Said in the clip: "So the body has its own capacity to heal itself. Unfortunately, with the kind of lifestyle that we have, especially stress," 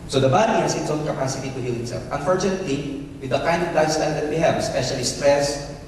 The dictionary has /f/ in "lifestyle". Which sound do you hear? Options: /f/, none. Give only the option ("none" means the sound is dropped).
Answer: none